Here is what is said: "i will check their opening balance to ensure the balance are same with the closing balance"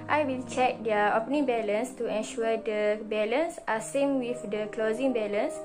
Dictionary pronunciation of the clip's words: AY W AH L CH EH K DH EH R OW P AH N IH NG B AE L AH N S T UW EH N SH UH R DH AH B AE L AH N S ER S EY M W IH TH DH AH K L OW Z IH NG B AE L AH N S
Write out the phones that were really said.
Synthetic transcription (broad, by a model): AY W AH L CH EH K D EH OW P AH N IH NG B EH L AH N S T UW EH N SH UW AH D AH B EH L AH N S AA S EY M W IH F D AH K L OW Z IH NG B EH L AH N S